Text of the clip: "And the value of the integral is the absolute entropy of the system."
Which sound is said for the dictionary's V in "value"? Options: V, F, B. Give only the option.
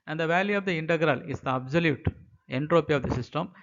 V